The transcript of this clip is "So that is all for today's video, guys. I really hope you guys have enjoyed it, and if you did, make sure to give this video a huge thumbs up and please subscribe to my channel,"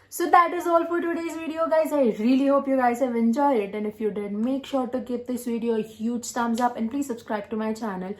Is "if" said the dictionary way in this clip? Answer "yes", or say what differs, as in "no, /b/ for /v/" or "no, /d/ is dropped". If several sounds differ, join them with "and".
yes